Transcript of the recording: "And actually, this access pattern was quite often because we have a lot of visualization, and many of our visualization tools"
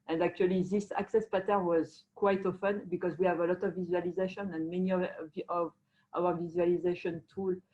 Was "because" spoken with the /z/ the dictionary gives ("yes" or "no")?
yes